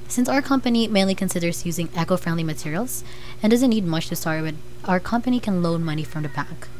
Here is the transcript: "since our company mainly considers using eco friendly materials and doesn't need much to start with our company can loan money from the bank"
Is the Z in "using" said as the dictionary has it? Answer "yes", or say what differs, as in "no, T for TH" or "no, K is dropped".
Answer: yes